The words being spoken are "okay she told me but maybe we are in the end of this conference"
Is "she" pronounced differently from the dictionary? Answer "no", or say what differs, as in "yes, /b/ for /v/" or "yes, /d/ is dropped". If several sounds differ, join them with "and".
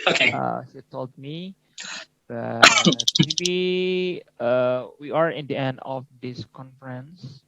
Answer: yes, /s/ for /ʃ/